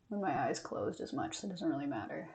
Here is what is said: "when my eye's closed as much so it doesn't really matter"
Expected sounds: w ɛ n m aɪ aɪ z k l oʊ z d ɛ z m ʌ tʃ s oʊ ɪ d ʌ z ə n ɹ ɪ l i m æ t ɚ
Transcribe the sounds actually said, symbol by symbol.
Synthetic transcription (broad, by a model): w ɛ n m aɪ aɪ z k l oʊ z d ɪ z m ʌ tʃ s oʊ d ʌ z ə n ɹ ɪ l i m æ t ɚ